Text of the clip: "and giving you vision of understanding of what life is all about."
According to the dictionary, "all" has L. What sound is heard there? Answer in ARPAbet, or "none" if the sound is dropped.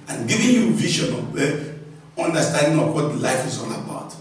N